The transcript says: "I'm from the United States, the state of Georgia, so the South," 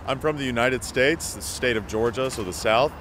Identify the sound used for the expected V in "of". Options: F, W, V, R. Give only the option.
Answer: V